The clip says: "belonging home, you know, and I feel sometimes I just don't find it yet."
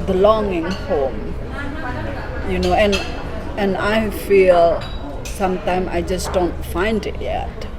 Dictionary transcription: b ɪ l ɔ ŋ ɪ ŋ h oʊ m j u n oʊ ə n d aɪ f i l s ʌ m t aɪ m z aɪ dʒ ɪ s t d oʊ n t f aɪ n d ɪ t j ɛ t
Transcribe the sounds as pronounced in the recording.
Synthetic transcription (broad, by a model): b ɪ l ɔ ŋ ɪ ŋ h oʊ m j u n oʊ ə n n aɪ f i l s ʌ m t aɪ m aɪ dʒ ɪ s d oʊ n t f aɪ n d ɪ t j ɛ t